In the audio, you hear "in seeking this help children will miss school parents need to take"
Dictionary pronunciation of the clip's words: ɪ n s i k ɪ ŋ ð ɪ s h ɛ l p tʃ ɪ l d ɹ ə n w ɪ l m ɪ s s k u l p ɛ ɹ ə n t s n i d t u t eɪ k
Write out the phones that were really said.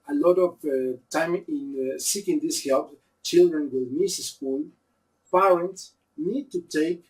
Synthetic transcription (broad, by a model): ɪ n s i k ɪ ŋ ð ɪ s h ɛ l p tʃ ɪ l d ɹ ə n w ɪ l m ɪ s s k u l p ɛ ɹ ə n t s n i d t u t eɪ k